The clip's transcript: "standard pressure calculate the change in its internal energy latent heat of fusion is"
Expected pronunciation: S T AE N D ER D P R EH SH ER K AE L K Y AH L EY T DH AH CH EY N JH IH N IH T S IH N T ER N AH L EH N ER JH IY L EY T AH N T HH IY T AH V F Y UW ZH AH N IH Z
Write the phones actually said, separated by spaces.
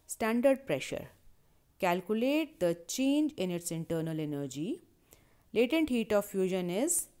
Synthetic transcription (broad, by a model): S T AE N D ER D P R EH SH ER K AE L K Y AH L EY T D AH CH EY N JH IH N IH T S IH N T ER N AH L EH N ER JH IY L EY T AH N T HH IY T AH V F Y UW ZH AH N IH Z